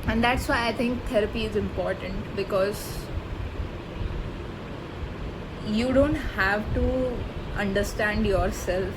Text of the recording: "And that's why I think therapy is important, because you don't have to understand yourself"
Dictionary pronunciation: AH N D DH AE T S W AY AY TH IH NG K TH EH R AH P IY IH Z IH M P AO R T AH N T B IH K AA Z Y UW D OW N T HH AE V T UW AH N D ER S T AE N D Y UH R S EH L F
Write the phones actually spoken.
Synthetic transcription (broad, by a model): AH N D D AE T S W AY AY T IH NG K T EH R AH P IY IH Z IH M P AO R T AH N T B IH K AA Z Y UW D OW N T HH AE V T UW AH N D ER S T AE N D Y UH R S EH L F